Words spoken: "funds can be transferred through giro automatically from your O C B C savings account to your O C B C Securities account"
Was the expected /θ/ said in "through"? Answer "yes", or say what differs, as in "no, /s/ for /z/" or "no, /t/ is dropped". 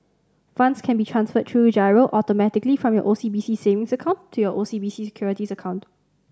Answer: no, /t/ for /θ/